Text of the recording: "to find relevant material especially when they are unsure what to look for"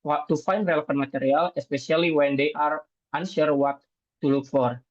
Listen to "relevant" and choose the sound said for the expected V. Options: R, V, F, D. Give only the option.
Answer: F